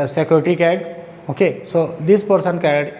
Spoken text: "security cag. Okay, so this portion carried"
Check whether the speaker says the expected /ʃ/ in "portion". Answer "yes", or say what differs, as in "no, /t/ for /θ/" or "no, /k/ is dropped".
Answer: no, /s/ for /ʃ/